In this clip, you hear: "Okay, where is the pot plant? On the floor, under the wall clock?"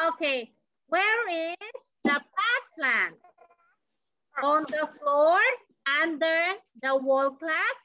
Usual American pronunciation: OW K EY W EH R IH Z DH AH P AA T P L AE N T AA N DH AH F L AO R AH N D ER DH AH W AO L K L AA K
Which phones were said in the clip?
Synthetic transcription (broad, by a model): OW K EY W EH R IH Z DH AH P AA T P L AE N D AA N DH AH F L AO R AH N D ER DH AH W AO L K L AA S